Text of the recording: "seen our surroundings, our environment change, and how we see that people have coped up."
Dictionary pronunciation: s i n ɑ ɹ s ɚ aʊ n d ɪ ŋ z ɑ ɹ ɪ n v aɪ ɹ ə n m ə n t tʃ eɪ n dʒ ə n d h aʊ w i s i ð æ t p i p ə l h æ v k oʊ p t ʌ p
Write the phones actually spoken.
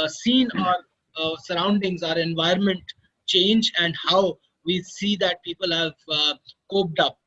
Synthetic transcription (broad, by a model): s i n ɑ ɹ s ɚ aʊ n d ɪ ŋ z ɑ ɹ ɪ n v aɪ ə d m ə n t tʃ eɪ n dʒ ə n d h aʊ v i s i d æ t p i p ə l h æ v k oʊ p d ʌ p